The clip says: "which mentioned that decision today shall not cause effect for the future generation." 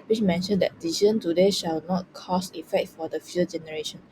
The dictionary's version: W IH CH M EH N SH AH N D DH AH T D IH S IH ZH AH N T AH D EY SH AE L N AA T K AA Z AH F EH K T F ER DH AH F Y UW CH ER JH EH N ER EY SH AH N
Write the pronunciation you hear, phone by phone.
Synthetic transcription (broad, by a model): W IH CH M EH N SH AH N D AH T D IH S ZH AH N T AH D EY SH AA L N AA T K AA S AH F EH K T F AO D AH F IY ER JH EH N ER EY SH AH N